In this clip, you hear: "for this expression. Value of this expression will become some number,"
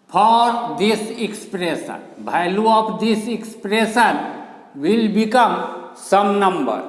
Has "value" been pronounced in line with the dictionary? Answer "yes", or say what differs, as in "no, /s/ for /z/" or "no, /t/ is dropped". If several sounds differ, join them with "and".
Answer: no, /b/ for /v/